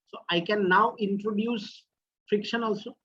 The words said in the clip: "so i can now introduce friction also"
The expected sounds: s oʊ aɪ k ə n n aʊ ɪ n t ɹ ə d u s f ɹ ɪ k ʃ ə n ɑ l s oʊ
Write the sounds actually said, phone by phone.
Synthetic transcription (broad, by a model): s oʊ aɪ k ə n n aʊ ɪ n t ɹ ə d u s f ɹ ɪ k ʃ ə n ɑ l s oʊ